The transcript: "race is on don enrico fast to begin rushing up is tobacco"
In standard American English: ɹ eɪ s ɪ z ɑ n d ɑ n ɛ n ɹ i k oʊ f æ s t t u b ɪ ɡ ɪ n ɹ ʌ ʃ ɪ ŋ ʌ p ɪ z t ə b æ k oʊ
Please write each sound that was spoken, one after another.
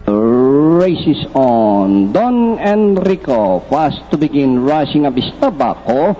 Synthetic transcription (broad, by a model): ɹ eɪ s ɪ s ɑ n d ɑ n ɛ n ɹ i k oʊ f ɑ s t t u b ɪ ɡ ɪ n ɹ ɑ s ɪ ŋ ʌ b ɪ s t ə b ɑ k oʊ